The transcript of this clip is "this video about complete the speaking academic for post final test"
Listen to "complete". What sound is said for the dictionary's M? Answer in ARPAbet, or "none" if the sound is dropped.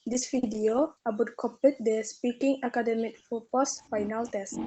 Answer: none